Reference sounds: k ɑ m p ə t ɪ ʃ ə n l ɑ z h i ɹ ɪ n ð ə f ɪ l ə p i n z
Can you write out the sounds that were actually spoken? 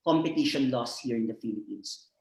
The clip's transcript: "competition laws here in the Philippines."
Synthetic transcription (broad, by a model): k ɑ m p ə t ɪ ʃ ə n l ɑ s h i ɹ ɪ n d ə f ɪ l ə p i n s